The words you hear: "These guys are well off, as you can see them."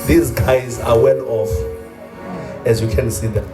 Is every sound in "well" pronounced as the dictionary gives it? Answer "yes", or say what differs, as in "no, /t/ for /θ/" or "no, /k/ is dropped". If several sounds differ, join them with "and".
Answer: no, /n/ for /l/